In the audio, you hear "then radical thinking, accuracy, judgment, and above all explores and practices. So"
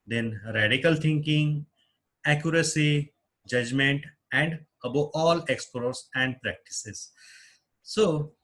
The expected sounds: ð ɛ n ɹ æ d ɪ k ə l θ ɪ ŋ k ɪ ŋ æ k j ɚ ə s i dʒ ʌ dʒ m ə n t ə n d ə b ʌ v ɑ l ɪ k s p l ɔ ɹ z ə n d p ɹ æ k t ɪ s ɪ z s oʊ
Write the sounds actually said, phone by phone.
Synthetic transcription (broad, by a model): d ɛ n ɹ æ d ɪ k ə l t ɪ ŋ k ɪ ŋ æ k j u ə s i dʒ ʌ dʒ m ə n t ə n d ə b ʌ ɑ l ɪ k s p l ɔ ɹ s ə n d p ɹ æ k t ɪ s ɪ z s oʊ